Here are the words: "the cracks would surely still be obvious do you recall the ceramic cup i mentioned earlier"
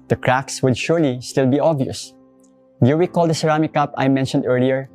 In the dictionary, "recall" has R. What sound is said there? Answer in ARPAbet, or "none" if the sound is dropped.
W